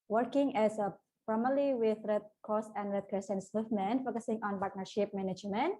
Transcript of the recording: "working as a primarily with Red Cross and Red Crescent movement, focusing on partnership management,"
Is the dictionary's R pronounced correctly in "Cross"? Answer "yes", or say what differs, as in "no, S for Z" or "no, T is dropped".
no, R is dropped